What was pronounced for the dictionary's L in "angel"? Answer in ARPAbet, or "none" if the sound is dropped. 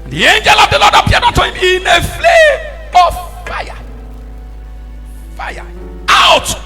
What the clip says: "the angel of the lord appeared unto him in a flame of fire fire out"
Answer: L